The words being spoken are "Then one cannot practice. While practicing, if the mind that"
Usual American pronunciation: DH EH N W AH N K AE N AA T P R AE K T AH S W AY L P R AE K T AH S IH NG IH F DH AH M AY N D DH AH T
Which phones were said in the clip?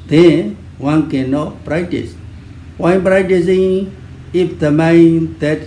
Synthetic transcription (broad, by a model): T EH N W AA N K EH N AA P R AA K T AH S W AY N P R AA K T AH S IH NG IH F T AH M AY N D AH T